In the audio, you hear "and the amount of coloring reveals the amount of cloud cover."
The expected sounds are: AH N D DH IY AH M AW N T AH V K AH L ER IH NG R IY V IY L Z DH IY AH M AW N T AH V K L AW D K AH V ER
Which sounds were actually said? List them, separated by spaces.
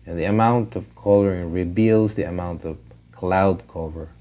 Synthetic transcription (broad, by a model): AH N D DH IY AH M AW N T AH V K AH L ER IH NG R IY B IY L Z DH IY AH M AW N T AH V K L AW D K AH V ER